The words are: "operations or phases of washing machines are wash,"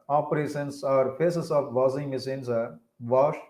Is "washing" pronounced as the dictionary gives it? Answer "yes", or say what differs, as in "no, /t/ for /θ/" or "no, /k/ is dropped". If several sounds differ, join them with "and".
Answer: no, /s/ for /ʃ/